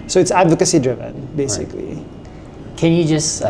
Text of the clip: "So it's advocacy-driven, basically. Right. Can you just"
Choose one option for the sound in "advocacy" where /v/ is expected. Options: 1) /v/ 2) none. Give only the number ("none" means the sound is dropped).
1